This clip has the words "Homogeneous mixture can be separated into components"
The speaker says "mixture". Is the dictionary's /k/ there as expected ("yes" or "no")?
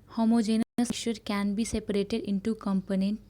no